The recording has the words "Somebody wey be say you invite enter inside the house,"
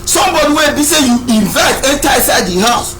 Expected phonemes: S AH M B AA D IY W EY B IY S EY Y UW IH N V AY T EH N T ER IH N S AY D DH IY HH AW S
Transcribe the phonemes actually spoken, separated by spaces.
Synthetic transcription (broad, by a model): S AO M B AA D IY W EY B IY S EY Y UW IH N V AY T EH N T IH S AY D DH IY HH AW S